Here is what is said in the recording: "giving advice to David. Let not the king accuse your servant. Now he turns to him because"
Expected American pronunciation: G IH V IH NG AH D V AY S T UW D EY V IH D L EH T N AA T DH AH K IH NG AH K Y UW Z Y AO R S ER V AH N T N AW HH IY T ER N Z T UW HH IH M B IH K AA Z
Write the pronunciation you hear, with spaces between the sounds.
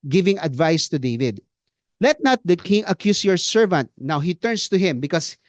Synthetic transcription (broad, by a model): G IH V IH NG AH D V AY S T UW D EY V IH D L EH T N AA T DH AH K IH NG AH K Y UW S Y AO R S ER V AH N T N AW HH IY T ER N S T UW HH IH M B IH K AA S